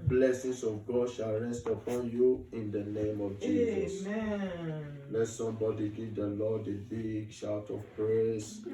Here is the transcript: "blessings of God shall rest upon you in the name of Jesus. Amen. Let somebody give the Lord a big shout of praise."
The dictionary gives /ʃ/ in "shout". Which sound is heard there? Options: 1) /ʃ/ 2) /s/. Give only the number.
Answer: 1